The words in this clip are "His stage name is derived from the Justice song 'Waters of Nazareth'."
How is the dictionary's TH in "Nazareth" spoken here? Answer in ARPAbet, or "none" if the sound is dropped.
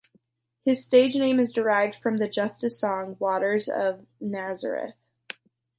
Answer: TH